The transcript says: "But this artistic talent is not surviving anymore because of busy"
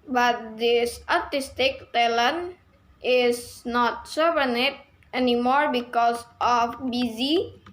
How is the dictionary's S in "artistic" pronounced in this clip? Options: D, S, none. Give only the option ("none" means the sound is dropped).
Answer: S